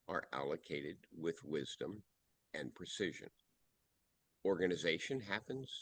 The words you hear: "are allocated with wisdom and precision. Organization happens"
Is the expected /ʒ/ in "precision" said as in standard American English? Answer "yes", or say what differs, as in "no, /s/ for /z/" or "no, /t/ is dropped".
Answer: yes